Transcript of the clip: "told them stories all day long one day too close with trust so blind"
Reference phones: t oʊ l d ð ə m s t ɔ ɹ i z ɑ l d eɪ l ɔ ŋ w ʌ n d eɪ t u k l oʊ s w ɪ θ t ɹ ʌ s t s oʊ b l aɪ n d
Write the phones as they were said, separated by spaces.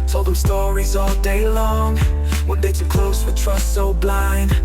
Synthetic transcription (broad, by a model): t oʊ l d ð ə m s t ɔ ɹ i z ɑ l d eɪ l ɔ ŋ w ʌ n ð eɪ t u k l oʊ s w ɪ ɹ t ɹ ʌ s t s oʊ b l aɪ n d